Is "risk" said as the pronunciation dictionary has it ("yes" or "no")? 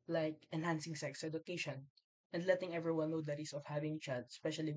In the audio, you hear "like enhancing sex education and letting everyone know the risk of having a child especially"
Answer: no